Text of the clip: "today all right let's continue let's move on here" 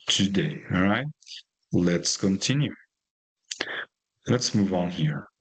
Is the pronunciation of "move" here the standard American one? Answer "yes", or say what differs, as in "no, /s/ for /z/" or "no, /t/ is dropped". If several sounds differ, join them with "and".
yes